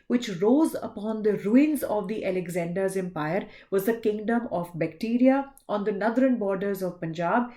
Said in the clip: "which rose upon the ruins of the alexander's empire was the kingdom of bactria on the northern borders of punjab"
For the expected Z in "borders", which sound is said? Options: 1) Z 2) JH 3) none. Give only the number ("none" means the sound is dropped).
1